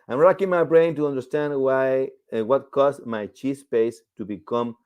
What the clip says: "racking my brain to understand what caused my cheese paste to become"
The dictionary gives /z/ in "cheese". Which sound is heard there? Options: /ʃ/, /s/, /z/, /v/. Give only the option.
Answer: /s/